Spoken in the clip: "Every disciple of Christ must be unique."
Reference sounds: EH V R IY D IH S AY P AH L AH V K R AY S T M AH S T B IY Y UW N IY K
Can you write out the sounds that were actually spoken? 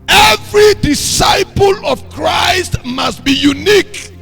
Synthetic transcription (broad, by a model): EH V R IY D IH S AY P AH L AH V K R AY S T M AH S T B IY Y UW N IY K